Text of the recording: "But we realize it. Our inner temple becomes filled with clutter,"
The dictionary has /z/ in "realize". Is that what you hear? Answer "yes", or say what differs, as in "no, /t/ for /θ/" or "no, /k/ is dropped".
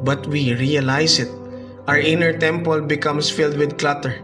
no, /s/ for /z/